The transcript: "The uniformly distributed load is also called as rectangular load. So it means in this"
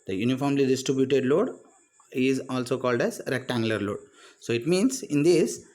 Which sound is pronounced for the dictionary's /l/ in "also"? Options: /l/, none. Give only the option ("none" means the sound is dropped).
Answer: /l/